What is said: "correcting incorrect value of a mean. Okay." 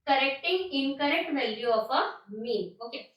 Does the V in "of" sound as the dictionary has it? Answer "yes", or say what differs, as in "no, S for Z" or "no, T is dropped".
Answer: no, P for V